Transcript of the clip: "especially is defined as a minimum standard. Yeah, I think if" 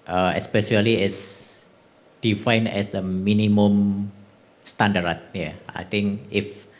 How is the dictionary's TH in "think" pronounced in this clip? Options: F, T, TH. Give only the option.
T